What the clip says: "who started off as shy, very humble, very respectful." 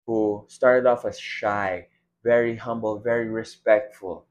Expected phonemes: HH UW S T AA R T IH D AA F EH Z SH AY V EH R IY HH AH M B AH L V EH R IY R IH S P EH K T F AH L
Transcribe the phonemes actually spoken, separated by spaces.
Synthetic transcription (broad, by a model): HH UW S T AA R T IH D AA F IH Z SH AY V EH R IY HH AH M B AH L V EH R IY R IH S P EH K T F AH L